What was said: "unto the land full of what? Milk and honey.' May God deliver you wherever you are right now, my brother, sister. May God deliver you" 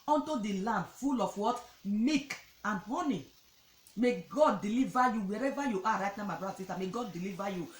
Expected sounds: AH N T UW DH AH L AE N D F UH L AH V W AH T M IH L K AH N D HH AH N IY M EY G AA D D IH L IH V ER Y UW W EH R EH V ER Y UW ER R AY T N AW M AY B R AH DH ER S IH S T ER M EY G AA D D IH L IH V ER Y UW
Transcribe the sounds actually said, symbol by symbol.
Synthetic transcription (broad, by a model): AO N T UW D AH L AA N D F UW L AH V W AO T M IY K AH N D HH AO N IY M EY G AA D D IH L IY V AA Y UW W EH R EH V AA Y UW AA R AY T N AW M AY B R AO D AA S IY S T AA M EY G AA D D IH L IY V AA Y UW